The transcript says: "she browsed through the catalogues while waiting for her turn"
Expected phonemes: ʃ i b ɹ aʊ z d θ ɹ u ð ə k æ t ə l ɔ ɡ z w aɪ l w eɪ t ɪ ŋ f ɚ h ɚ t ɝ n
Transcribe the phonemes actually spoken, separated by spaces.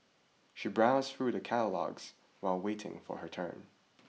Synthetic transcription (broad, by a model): ʃ i b ɹ aʊ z θ ɹ u ð ə k æ t ə l ɔ ɡ z w aɪ l w eɪ t ɪ ŋ f ɚ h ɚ t ɝ n